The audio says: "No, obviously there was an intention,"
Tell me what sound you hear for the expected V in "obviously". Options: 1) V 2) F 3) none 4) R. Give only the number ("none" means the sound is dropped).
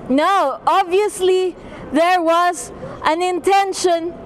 1